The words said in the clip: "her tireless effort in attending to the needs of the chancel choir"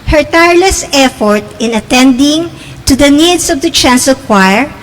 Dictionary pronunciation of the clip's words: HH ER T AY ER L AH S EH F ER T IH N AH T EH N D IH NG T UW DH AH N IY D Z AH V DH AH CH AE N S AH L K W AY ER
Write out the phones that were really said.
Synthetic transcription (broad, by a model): HH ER T AY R L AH S EH F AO T IH N AH T EH N D IH NG T UW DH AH N IY D S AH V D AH CH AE N S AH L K W AY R